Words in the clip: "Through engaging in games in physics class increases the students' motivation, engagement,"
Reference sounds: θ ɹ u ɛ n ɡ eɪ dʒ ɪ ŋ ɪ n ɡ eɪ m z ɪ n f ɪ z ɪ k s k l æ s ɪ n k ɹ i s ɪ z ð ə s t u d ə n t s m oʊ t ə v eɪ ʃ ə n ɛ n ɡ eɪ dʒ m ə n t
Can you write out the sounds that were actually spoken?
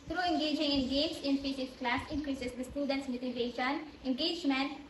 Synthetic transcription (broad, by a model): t ɹ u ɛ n ɡ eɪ dʒ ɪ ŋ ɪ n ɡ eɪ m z ɪ n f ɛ s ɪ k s k l æ s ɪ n k ɹ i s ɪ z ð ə s t u d ə n t s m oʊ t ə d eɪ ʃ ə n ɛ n ɡ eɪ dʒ m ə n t